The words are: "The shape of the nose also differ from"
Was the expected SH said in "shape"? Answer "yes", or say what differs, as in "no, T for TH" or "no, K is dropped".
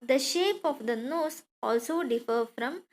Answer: yes